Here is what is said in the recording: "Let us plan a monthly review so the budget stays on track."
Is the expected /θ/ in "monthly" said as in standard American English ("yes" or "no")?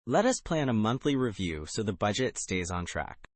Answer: yes